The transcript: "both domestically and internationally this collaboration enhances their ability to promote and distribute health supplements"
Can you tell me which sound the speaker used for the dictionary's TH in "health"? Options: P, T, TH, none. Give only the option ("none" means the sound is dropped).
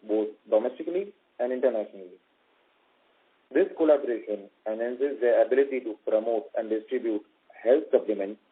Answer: T